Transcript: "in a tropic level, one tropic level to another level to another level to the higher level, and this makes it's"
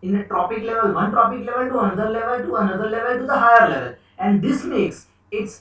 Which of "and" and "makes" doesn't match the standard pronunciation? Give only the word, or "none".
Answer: none